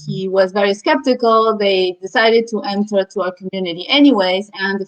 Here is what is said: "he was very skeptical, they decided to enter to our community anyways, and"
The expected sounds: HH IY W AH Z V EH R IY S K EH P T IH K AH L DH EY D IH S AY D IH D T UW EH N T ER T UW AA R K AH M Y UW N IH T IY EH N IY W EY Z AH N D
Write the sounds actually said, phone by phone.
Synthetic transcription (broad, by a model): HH IY W AH Z V EH R IY S K EH P T IH K AH L DH EY D IH S AY D IH D T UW EH N T ER T UW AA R K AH M Y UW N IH T IY EH N IY W EY Z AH N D